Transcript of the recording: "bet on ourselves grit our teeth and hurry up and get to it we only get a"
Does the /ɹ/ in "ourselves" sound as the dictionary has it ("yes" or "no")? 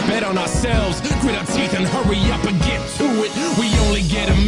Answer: yes